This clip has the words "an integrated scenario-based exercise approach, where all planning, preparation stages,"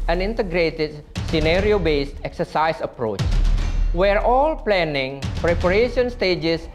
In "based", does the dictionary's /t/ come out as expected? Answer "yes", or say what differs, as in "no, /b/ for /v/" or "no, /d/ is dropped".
yes